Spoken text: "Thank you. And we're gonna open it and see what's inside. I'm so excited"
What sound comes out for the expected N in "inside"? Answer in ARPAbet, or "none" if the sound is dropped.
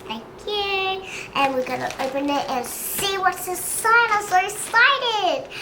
none